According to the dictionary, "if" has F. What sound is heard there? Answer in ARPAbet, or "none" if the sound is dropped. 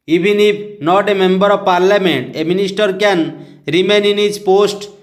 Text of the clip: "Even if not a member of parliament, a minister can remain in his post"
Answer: P